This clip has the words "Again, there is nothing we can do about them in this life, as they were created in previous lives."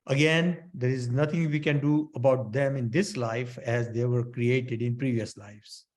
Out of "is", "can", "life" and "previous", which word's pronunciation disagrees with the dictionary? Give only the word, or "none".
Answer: none